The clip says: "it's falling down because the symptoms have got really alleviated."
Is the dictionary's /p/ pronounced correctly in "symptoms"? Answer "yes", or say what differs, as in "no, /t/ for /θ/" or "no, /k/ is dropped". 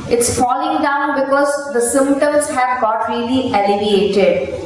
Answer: no, /p/ is dropped